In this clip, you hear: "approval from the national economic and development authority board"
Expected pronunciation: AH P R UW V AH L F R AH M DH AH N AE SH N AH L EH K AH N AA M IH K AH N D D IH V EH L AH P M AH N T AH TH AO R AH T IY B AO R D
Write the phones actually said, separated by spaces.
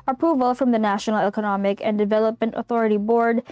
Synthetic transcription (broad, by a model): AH P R UW V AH L F R AH M DH AH N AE SH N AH L EH K AH N AA M IH K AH N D D IH V EH L AH P M AH N T AH TH AO R AH T IY B AO R D